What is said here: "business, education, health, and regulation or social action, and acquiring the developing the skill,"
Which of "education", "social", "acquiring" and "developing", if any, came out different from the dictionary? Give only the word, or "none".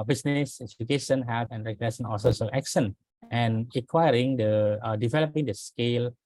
social